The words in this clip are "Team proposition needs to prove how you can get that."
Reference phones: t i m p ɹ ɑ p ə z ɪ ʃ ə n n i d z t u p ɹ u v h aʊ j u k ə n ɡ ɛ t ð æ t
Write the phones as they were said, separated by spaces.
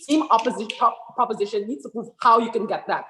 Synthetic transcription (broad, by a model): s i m p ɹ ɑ p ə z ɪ ʃ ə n n i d s t u p ɹ u v h aʊ j u k ə n ɡ ɛ t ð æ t